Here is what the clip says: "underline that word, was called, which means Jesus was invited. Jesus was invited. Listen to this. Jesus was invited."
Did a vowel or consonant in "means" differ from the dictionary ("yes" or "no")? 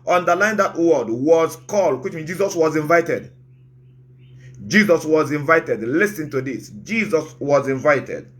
yes